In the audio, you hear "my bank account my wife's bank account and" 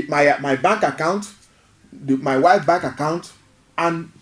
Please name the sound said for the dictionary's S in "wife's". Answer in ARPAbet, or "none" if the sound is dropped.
none